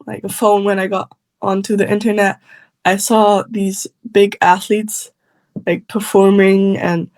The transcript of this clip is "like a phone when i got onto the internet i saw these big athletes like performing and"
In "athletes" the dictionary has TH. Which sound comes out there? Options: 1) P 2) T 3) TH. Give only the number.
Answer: 3